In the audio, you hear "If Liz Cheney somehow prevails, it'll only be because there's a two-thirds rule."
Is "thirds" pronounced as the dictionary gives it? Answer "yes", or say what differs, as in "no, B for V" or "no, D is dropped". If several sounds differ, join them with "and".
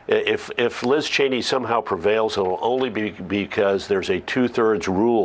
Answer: yes